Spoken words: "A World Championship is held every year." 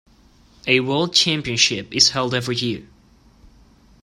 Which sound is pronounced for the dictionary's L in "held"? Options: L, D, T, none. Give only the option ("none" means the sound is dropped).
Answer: L